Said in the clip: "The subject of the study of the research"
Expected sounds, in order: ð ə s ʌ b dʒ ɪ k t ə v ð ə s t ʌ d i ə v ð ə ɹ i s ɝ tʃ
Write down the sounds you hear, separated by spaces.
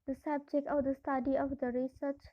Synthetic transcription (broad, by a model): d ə s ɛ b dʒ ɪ k ə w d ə s t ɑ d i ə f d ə ɹ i s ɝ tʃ